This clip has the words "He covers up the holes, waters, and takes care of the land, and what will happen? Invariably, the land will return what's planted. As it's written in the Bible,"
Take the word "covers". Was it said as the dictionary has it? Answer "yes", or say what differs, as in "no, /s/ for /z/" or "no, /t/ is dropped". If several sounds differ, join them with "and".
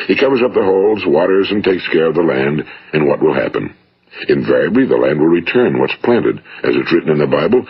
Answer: yes